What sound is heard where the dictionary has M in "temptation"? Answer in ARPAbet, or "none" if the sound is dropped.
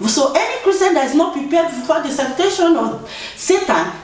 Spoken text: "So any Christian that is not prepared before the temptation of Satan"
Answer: none